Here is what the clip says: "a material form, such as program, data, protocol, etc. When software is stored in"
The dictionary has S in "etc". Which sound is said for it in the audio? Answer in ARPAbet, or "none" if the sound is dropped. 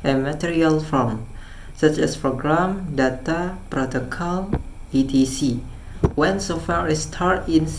none